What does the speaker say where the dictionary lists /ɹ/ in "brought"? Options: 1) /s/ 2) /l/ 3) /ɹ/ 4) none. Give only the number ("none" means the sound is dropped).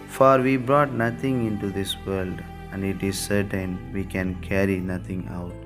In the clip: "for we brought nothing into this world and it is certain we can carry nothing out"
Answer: 3